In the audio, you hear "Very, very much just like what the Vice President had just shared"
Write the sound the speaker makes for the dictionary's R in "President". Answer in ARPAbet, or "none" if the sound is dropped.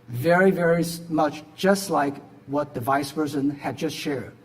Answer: none